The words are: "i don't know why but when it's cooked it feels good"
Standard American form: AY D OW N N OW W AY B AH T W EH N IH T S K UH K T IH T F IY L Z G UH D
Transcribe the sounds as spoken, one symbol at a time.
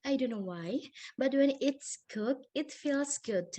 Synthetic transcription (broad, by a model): AY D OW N N OW W AY B AH T W EH N IH T S K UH K IH T F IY L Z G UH D